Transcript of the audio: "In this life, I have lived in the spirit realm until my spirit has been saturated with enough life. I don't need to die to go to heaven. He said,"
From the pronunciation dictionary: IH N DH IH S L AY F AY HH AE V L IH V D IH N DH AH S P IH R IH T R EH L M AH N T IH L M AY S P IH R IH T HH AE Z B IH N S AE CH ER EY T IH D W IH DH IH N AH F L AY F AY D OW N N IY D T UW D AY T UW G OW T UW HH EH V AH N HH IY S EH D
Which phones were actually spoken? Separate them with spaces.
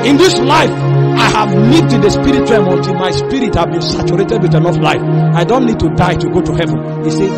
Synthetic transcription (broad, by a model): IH N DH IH S L AY F AY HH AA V N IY D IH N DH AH S P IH R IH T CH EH M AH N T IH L M AY S P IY R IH T HH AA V B IH N S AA CH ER EY T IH D W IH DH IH N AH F L AY F AY D OW N N IY D T UW D AY T UW G OW T UW HH EH V AH N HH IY S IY